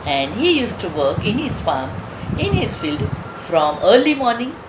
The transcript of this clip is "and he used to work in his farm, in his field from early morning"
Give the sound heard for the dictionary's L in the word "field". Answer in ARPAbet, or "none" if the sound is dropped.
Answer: L